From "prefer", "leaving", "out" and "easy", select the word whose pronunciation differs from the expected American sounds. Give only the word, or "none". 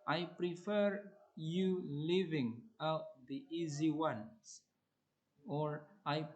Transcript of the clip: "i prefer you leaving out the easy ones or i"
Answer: none